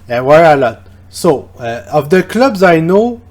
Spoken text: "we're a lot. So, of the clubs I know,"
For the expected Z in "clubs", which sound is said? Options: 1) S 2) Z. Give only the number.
2